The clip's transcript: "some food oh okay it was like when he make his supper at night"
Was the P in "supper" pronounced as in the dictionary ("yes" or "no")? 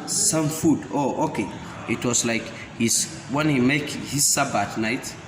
no